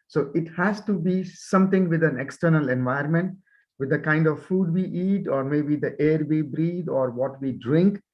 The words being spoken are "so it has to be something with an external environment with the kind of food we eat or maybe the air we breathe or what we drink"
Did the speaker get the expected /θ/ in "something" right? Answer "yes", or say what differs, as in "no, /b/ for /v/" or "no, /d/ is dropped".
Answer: no, /t/ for /θ/